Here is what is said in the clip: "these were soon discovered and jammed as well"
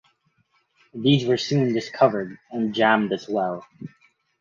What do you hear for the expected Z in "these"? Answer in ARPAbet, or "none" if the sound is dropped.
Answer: Z